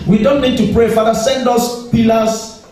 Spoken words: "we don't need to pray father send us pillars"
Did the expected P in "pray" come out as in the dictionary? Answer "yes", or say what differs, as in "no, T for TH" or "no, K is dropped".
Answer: yes